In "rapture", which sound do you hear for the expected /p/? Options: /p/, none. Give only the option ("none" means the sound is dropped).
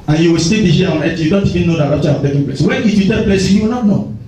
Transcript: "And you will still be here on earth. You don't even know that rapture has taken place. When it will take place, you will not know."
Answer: none